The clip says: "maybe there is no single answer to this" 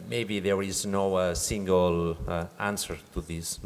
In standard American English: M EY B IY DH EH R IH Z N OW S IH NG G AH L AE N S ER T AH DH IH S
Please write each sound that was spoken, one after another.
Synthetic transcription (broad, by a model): M EY B IY DH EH R IH Z N OW S IH NG G AH L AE N S ER T AH DH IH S